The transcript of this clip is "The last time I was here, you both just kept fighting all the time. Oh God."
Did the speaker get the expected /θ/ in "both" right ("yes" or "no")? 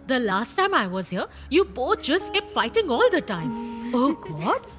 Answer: no